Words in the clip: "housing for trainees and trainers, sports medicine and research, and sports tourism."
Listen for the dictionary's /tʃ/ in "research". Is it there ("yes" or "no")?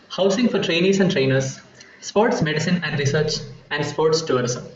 yes